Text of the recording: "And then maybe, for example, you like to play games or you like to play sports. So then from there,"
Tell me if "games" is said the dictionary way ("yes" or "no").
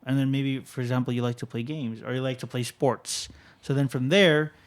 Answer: yes